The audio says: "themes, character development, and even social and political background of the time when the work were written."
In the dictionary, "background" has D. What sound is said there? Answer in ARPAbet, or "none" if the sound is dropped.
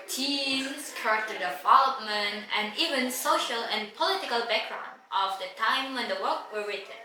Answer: D